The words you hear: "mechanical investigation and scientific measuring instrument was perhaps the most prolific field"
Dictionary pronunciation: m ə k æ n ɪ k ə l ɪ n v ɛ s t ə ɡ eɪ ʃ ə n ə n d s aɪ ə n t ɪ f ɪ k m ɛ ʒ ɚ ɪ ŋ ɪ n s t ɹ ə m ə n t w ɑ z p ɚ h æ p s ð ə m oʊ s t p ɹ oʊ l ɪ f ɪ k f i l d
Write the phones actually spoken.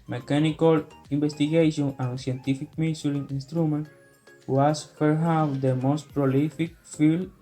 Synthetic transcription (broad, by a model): m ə k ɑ n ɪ k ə l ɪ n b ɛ s t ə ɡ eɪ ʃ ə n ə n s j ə n t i f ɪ k m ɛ s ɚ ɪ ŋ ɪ n s t ɹ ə m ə n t w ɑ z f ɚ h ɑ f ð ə m oʊ s t p ɹ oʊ l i f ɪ k f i l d